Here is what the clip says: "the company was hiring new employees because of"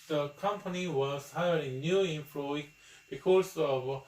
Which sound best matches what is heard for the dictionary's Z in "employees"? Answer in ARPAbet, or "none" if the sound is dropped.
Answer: none